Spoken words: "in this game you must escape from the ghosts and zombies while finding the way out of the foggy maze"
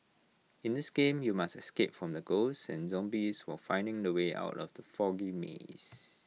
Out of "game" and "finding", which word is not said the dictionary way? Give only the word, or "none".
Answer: none